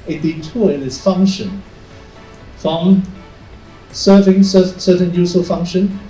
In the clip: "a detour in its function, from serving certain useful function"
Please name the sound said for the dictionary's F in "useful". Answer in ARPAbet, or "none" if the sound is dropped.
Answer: none